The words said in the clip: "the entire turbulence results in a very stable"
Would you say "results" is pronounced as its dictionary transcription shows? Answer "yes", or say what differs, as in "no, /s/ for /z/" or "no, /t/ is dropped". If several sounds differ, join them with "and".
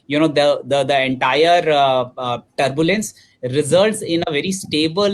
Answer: yes